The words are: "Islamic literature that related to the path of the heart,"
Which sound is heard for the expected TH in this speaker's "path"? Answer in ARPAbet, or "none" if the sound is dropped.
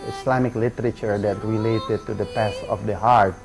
S